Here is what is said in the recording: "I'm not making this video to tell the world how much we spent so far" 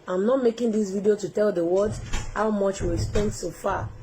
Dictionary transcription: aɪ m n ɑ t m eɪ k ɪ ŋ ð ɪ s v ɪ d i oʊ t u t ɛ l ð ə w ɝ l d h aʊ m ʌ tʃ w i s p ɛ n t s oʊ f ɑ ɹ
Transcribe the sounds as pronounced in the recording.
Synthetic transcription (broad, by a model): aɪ m n ɑ t m eɪ k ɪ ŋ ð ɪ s v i d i oʊ t u t ɛ l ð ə w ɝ d h aʊ m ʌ tʃ w i s p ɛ n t s oʊ f ɑ